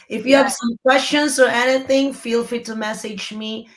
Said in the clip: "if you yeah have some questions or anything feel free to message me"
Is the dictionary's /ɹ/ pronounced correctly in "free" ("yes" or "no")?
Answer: no